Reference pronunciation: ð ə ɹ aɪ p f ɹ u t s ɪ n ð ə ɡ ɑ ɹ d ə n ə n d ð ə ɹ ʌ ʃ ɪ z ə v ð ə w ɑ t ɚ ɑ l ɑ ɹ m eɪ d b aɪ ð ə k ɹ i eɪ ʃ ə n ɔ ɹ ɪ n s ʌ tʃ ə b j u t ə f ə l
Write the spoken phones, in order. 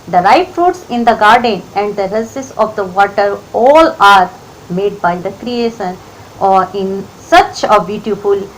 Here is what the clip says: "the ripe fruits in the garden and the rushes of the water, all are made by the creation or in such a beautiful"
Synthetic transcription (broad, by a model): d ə ɹ aɪ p f ɹ u t s ɪ n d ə ɡ ɑ ɹ d ə n ə n d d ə ɹ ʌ s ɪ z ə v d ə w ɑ t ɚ ɑ l ɑ ɹ m eɪ d b aɪ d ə k ɹ i eɪ ʃ ə n ɔ ɹ ɪ n s ʌ tʃ ə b j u t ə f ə l